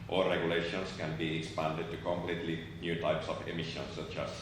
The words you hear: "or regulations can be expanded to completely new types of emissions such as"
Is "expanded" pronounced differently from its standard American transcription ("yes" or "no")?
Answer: no